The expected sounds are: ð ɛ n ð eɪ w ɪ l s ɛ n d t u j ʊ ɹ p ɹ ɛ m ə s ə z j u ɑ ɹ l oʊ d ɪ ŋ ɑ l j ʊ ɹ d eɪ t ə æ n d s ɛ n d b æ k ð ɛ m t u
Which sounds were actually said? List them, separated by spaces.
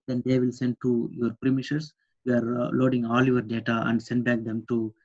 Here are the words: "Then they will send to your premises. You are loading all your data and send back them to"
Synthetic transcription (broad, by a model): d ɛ n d eɪ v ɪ l s ɛ n d t u j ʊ ɹ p ɹ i m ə ʃ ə s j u ɑ ɹ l oʊ d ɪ ŋ ɑ l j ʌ ɹ d eɪ t ə æ n d s ɛ n d b æ k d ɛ m t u